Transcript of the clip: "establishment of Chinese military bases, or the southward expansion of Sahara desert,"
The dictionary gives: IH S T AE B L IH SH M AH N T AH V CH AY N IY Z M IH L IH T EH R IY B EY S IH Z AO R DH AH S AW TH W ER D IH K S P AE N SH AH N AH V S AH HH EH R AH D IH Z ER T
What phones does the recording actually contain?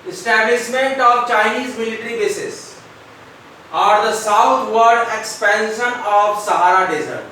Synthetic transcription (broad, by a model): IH S T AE B L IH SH M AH N T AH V CH AY N IY Z M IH L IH T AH R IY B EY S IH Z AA R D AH S AW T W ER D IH K S P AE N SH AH N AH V S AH HH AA R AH D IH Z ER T